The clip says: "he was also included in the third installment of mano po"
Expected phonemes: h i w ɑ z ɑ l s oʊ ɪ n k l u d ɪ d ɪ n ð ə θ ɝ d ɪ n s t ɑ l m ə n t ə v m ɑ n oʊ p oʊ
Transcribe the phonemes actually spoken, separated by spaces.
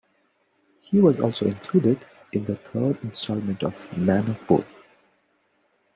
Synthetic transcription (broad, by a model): h i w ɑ z ɑ l s oʊ ɪ n k l u d ɪ d ɪ n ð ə t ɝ d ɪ n s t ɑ l m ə n t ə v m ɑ n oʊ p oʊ